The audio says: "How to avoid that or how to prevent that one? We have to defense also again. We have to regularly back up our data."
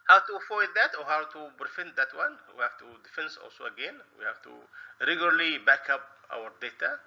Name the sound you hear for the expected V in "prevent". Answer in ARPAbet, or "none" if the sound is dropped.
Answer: F